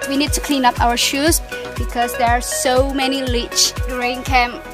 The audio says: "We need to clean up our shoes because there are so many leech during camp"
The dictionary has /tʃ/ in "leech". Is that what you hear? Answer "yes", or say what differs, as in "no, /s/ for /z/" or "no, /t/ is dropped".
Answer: yes